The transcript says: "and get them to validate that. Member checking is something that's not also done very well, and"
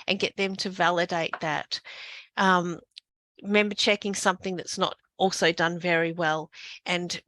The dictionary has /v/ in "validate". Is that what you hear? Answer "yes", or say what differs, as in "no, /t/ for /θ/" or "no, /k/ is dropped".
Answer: yes